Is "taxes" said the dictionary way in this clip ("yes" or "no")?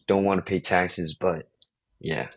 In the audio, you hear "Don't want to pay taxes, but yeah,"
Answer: yes